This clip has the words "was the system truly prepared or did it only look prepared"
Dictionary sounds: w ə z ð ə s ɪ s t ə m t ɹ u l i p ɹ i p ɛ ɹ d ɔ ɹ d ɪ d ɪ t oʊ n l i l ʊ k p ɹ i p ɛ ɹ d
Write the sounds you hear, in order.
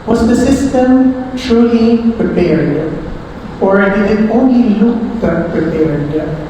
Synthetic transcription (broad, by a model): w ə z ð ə s ɪ s t ə m t ɹ u l i p ɹ i p ɛ ɹ d ɔ ɹ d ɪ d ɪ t oʊ n l i l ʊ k p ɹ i p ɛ ɹ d